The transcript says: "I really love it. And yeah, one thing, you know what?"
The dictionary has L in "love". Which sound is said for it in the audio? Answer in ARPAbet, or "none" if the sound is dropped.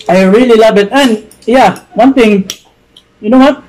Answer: L